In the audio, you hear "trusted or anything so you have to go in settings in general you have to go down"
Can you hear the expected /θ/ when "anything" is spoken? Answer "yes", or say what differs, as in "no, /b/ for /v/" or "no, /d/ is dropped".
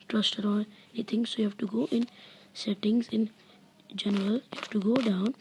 no, /t/ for /θ/